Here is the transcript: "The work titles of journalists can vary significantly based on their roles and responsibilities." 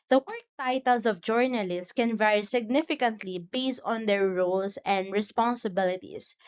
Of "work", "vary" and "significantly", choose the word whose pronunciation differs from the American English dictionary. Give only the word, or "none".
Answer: none